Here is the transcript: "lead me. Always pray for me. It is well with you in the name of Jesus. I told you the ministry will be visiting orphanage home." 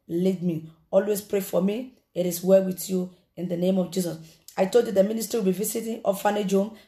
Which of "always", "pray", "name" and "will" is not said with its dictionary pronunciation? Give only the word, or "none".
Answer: always